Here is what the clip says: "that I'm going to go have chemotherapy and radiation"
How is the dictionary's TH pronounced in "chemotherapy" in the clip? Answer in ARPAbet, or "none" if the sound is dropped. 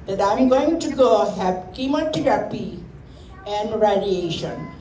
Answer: T